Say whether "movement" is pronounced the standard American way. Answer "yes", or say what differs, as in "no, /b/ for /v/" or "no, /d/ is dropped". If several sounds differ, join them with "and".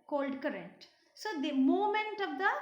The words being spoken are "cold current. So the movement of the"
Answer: no, /v/ is dropped